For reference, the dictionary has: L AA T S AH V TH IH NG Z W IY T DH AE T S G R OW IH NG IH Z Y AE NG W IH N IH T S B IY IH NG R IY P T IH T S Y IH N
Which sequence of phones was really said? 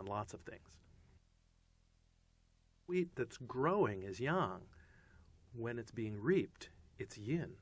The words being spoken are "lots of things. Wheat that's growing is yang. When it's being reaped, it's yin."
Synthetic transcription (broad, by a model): L AA T S AH V TH IH NG Z W IY T DH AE T S G R OW IH NG IH Z Y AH NG W IH N IH T S B IY IH NG R IY P T IH T S Y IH N